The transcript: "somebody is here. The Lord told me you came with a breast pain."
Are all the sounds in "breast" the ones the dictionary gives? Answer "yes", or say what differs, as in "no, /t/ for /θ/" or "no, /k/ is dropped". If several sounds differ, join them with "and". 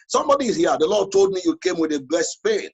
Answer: no, /l/ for /ɹ/